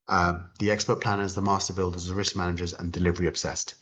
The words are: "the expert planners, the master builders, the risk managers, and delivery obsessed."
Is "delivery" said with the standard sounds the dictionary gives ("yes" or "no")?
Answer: yes